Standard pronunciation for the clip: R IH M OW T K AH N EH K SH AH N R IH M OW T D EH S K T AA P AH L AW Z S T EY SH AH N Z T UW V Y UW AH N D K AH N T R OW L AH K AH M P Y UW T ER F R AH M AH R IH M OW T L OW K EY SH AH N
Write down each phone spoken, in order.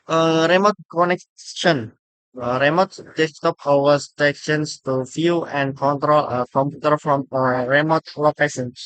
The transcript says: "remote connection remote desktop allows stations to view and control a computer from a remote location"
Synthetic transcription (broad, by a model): R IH M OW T K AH N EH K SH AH N R IH M OW T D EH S T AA P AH W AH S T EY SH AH N S T UW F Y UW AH N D K AH N T R OW L AH K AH M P Y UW T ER F R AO M AH R IH M OW T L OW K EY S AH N